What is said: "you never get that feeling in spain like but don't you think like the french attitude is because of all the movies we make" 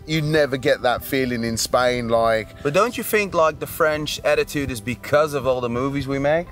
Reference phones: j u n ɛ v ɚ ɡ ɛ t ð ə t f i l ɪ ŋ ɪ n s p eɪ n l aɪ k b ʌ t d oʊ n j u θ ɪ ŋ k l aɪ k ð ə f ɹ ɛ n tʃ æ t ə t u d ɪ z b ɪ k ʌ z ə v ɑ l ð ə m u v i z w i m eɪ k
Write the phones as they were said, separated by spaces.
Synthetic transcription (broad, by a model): j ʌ n ɛ v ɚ ɡ ɛ t ð ə t f i l ɪ ŋ ɪ n s p eɪ n l aɪ k b ʌ t d oʊ n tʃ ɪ θ ɪ ŋ k l aɪ k ð ə f ɹ ɛ n tʃ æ t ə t u d ɪ z b ɪ k ʌ z ə v ɑ l ð ə m u v i z w i m eɪ k